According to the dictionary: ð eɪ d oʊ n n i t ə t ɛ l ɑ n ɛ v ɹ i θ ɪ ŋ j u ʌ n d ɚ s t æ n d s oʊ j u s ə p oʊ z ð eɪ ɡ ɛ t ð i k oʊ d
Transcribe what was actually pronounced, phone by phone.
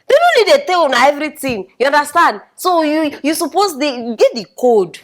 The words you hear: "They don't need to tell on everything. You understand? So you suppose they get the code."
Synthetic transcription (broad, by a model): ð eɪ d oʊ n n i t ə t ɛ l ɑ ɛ v ɹ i t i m j u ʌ n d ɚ s t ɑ n d s oʊ j u s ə p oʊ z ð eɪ ɡ ɛ t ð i k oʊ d